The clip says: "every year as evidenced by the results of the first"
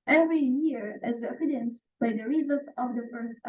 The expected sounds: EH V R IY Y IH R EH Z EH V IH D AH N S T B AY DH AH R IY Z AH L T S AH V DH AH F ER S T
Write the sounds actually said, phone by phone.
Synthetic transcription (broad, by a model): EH V R IY Y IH R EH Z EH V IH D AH N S B AY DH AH R IY Z AH L T S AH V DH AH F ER S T